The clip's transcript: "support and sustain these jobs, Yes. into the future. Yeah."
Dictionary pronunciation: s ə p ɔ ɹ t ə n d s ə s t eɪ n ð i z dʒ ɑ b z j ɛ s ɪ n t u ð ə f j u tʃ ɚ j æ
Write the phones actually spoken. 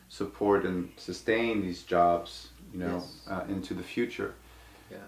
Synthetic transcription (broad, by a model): s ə p ɔ ɹ t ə n s ə s t eɪ n ð i z dʒ ɑ b z j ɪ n ɪ n t u ð ə f j u tʃ ɚ